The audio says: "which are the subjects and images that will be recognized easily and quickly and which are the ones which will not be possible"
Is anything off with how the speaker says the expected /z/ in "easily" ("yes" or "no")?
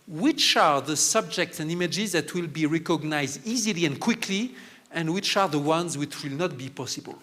no